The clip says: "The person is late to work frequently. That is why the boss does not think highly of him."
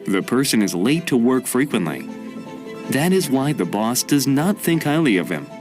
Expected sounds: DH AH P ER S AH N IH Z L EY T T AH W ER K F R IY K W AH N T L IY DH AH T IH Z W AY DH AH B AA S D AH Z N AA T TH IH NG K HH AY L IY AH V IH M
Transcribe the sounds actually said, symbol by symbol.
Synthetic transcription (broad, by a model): DH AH P ER S AH N IH Z L EY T T AH W ER K F R IY K W AH N T L IY DH AH T IH Z W AY DH AH B AA S D AH Z N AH T TH IH NG K HH AY L IY AH V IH M